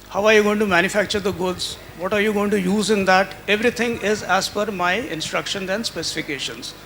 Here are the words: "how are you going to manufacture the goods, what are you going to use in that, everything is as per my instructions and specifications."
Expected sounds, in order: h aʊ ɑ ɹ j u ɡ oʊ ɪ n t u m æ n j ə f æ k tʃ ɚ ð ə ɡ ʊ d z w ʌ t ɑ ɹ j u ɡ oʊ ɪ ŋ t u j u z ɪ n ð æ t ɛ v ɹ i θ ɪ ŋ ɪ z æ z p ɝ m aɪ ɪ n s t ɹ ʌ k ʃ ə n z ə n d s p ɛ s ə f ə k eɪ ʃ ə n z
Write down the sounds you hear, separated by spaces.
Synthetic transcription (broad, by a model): h aʊ ɑ ɹ j u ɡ oʊ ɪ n t u m æ n j ə f æ k tʃ ɚ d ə ɡ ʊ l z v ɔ t ɑ ɹ j u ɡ oʊ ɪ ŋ t u j u z ɪ n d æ t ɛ v ɹ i t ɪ ŋ ɪ z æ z f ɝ m aɪ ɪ n s t ɹ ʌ k ʃ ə n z ə n d s p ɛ s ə f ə k eɪ ʃ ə n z